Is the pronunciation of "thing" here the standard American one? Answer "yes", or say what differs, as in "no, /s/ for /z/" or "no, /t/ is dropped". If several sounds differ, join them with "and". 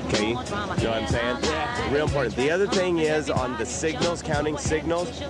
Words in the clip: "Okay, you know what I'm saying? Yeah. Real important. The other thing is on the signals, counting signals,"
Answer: yes